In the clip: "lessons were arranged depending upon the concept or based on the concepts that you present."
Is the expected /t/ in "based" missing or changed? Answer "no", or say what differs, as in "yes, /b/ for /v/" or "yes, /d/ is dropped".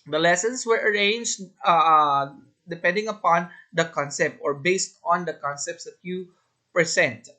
no